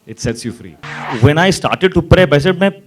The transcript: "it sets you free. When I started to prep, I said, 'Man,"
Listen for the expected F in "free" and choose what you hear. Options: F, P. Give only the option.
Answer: F